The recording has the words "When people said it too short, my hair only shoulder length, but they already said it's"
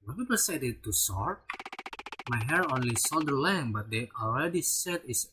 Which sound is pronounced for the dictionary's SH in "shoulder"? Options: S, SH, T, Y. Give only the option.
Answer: S